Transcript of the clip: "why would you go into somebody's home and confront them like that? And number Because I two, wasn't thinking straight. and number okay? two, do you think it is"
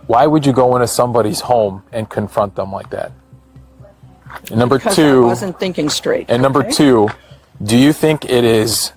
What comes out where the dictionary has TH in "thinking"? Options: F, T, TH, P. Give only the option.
TH